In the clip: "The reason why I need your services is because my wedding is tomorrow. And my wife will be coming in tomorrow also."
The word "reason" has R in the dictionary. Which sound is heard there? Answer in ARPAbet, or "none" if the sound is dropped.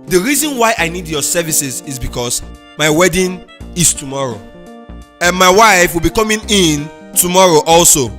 R